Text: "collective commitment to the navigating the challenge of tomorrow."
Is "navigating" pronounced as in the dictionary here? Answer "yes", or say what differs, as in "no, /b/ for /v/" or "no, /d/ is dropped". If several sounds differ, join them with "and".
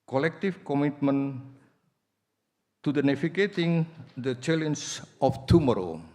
no, /f/ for /v/